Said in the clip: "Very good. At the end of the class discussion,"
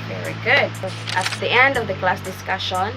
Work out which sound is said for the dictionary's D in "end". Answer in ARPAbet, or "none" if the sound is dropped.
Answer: D